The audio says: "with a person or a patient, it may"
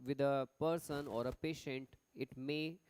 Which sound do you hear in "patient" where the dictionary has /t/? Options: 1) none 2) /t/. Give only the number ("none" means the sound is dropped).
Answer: 2